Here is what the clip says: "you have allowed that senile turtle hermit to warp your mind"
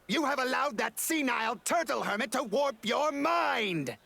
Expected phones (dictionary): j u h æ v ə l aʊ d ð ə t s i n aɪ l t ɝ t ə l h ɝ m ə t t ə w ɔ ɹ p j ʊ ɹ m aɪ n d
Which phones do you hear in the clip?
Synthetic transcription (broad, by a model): j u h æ v ə l aʊ d ð ə t s i n aɪ l t ɝ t l h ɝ m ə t t ə w ɔ ɹ p j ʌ ɹ m aɪ n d